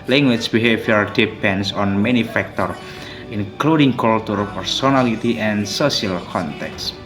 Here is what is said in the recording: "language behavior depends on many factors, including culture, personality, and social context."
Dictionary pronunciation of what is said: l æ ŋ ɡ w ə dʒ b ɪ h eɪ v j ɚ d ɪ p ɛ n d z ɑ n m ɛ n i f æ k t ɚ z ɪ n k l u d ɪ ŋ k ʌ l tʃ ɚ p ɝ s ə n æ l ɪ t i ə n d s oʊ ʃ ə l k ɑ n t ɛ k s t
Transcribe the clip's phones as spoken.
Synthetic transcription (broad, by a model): l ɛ ŋ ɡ w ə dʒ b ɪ h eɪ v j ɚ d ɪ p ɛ n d s ɑ n m ɛ n i f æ k t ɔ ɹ ɪ n k l u d ɪ ŋ k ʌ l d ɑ p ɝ s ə n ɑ l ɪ t i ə n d s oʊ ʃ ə l k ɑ n t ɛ k s